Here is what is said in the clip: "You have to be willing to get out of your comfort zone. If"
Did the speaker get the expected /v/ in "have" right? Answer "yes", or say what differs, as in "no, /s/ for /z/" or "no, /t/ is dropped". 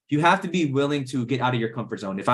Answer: no, /f/ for /v/